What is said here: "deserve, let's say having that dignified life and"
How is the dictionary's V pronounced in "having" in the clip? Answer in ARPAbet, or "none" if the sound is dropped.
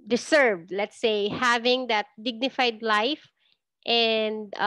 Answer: V